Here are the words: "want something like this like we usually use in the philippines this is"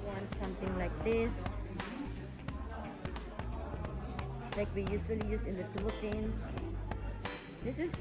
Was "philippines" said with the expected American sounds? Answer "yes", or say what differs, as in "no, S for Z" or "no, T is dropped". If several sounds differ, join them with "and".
no, L is dropped